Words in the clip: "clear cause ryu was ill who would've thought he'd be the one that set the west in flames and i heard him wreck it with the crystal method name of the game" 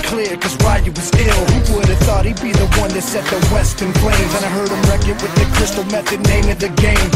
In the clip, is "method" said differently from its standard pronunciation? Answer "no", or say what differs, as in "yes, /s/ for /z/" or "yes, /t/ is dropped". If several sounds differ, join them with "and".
no